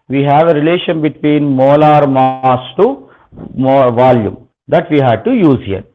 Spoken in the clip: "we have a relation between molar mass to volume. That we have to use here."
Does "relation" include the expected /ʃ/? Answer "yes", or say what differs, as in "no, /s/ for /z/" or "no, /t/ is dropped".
yes